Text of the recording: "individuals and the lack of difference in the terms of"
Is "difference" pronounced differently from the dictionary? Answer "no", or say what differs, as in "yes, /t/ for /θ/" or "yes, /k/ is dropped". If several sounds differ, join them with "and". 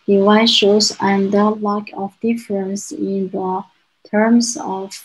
no